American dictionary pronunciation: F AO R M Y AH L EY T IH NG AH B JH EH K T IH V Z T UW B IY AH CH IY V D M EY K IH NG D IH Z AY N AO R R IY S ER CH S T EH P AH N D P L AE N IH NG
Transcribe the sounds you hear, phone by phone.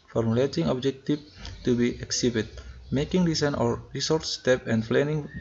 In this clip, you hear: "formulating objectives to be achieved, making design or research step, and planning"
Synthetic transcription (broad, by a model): F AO R M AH L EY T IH NG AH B JH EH K T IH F T UW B IY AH S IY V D M EY K IH NG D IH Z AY N AO R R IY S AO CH S T EH P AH N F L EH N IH NG